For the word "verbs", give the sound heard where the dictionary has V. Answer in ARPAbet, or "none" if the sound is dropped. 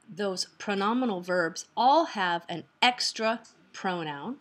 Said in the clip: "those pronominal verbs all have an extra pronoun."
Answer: V